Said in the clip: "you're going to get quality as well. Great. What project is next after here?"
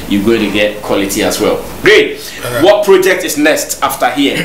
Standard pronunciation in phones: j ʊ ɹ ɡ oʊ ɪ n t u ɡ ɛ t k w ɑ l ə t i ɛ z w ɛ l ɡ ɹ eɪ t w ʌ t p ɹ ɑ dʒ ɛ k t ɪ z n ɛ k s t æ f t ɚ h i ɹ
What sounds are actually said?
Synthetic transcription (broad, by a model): j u ɡ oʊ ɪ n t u ɡ ɛ t k w ɑ l ə t i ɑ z w ɛ l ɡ ɹ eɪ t w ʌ t p ɹ ɑ dʒ ɛ k t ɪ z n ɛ s t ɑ f t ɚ h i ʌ